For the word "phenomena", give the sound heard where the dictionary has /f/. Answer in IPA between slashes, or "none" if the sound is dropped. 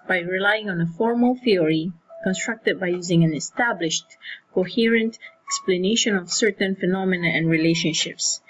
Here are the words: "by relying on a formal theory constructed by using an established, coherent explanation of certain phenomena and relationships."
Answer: /f/